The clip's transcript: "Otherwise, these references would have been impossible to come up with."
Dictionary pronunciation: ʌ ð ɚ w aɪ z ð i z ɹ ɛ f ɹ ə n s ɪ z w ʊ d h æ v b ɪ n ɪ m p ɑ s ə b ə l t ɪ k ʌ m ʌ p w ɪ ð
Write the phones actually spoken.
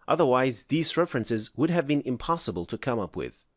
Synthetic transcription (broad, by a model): ʌ ð ɚ w aɪ z ð i z ɹ ɛ f ɹ ə n s ɪ z w ʊ d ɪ v b ɪ n ɪ m p ɑ s ə b ə l t ɪ k ʌ m ʌ p w ɪ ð